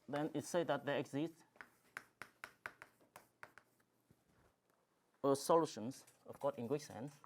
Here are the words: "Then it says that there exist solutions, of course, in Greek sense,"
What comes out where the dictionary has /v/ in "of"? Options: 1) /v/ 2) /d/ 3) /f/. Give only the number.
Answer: 3